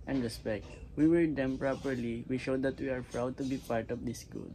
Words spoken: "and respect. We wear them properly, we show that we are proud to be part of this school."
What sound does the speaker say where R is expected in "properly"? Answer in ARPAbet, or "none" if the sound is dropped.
R